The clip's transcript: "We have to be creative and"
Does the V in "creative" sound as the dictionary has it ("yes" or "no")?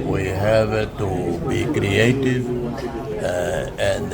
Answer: yes